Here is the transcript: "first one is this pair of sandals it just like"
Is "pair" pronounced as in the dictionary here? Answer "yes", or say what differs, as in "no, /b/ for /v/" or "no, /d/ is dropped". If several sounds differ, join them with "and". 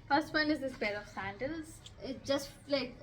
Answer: no, /b/ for /p/